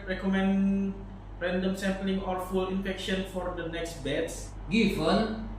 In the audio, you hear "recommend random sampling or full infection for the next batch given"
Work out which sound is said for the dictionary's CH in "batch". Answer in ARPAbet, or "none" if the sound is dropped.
S